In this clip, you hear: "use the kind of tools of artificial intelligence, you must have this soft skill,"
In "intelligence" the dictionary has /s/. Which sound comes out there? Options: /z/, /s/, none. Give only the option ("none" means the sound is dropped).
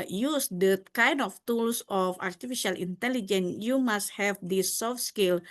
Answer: none